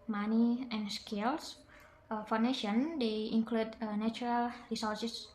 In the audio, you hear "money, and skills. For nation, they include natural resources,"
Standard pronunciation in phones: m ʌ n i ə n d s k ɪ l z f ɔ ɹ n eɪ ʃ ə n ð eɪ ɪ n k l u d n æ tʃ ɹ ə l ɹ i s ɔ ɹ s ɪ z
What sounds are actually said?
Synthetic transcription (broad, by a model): m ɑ n i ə n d s k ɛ l s f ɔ w n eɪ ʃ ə n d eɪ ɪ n k l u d n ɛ tʃ ɹ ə l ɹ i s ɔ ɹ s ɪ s